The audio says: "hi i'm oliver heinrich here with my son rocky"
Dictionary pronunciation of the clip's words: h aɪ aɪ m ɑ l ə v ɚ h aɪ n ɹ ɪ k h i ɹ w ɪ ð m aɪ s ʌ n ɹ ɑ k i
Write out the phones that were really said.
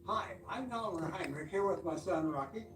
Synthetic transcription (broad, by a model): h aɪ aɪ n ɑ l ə ɚ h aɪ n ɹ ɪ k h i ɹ w ɪ ð m aɪ s ʌ n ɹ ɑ k i